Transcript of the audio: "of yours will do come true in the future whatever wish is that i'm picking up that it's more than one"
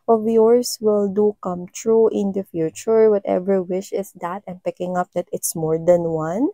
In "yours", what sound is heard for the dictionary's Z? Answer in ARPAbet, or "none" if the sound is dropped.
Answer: S